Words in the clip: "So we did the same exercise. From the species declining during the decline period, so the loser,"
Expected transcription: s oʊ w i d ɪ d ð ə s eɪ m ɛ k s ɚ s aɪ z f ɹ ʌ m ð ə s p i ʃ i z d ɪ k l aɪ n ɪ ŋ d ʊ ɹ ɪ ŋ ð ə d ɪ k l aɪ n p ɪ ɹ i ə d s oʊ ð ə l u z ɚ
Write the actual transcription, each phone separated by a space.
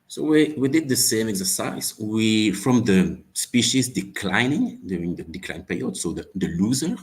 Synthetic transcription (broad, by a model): s oʊ w i d ɪ d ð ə s eɪ m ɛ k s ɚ s aɪ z f ɹ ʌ m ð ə s p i ʃ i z d ɪ k l aɪ n ɪ ŋ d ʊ ɹ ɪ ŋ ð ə d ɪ k l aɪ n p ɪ ɹ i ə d s oʊ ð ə l u z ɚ